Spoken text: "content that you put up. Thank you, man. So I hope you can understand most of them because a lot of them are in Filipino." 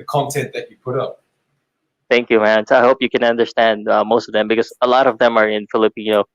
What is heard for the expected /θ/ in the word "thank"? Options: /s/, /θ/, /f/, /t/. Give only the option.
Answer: /θ/